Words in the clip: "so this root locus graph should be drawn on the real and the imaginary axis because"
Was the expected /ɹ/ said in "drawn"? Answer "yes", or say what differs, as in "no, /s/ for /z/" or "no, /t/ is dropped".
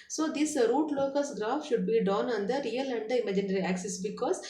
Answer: no, /ɹ/ is dropped